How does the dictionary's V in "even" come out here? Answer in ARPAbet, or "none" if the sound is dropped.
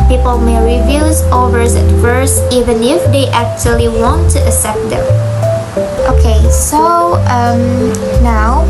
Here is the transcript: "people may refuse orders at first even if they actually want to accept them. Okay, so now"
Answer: V